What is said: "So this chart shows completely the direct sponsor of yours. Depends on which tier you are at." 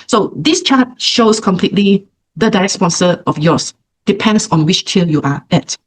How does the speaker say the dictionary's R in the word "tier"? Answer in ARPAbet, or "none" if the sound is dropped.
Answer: L